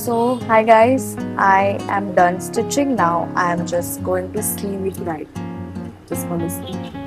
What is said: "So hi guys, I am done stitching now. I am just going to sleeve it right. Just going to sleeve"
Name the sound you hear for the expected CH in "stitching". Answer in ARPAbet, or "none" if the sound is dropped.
CH